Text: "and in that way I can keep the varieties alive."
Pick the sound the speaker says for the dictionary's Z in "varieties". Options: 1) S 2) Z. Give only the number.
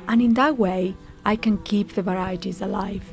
2